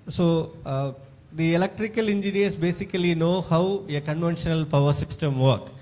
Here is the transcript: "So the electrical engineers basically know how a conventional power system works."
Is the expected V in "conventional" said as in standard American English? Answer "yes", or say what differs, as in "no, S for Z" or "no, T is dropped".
yes